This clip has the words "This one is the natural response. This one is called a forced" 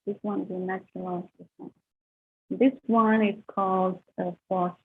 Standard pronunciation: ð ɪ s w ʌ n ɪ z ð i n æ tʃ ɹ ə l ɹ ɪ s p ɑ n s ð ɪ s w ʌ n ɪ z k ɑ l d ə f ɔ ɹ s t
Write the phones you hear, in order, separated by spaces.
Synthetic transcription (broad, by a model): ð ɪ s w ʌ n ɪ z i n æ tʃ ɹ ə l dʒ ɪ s ɑ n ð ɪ s w ʌ n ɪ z k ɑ l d ə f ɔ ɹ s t